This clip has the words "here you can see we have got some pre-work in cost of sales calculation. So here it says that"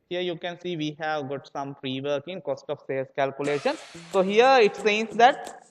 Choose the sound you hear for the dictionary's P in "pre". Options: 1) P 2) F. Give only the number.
2